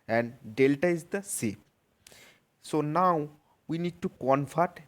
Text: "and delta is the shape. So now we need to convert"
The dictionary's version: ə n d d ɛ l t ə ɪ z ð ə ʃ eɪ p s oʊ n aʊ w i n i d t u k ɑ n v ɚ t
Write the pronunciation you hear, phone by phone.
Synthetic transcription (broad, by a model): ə n d d ɛ l t ə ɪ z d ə s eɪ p s oʊ n aʊ w i n i d t u k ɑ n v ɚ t